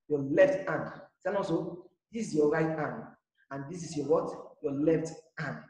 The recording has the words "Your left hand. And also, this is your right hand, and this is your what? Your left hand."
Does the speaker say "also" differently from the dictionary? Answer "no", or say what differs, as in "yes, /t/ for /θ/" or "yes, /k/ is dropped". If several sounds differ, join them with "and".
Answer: yes, /l/ is dropped